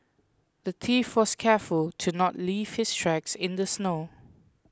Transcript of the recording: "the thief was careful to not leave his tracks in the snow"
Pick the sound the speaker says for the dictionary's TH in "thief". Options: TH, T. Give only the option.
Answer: T